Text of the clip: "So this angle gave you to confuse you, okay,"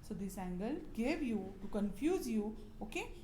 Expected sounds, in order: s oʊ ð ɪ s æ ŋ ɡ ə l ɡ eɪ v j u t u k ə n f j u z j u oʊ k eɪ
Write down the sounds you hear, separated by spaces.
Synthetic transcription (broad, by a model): s oʊ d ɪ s æ ŋ ɡ ə l ɡ eɪ v j u t u k ə n f j u z j u oʊ k eɪ